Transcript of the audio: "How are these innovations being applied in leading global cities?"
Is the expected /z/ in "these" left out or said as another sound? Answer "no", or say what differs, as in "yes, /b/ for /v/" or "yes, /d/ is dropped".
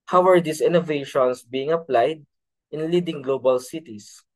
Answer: yes, /s/ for /z/